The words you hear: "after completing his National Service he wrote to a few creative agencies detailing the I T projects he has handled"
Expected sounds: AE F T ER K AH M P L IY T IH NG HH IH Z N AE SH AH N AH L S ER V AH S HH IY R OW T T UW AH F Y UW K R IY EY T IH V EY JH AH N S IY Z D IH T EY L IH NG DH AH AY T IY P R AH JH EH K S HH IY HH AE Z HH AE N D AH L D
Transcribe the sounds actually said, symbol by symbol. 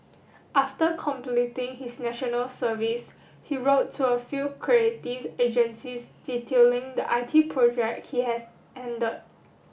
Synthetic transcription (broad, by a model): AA F T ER K AH M P L IY T IH NG HH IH S N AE SH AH N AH L S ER V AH S HH IY R OW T T UW AH F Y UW K R IY EY T IH V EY JH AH N S IY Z D IH T EY L IH NG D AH AY T IY P R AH JH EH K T HH IY HH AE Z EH N D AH D